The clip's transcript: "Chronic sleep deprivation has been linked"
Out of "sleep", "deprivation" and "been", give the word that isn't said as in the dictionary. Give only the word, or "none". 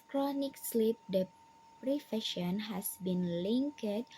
deprivation